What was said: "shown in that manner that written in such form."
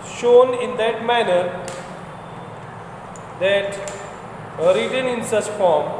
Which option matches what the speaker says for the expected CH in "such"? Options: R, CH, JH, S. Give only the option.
S